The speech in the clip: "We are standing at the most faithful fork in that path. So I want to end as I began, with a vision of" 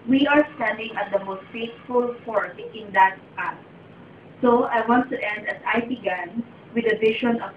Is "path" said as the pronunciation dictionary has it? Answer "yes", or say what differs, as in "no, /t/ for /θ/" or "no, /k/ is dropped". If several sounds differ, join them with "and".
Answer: no, /s/ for /θ/